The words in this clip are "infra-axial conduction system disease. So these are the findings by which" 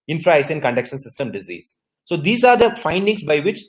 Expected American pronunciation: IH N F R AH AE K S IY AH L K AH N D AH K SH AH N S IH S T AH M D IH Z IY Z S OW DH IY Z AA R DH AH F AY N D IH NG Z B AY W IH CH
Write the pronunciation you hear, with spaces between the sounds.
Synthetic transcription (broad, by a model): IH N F R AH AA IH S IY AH N K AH N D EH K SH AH N S IH S T AH M D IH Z IY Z S OW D IY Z AA R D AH F AY N D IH NG S B AY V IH CH